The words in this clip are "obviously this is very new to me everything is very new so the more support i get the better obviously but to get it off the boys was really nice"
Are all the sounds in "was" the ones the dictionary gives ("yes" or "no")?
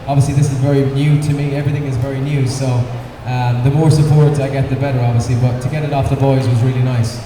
yes